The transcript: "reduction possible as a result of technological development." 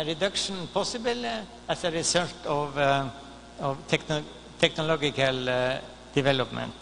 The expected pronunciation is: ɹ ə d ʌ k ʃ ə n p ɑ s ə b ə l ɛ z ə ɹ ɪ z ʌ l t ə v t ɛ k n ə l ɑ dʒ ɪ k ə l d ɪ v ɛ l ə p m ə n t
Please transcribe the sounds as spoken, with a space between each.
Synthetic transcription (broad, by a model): ɹ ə d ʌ k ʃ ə n p ɑ s ə b ə l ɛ s ə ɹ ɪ s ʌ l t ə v t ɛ k n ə l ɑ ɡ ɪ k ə l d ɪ v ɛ l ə p m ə n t